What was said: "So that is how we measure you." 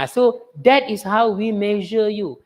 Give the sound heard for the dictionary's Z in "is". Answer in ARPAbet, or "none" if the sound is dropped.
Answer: S